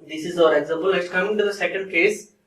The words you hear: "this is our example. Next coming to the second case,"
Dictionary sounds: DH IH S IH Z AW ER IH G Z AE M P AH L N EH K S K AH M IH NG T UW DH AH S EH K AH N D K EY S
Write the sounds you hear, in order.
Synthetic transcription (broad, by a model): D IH S IH Z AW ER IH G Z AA M P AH L L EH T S K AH M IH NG T UW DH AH S EH K AH N D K EY S